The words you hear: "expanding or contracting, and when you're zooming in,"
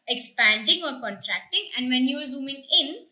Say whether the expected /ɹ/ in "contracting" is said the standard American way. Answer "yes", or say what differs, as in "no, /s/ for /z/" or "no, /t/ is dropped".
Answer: yes